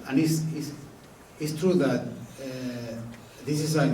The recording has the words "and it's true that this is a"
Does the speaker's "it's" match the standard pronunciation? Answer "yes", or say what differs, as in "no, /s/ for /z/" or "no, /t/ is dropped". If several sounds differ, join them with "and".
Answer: no, /s/ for /t/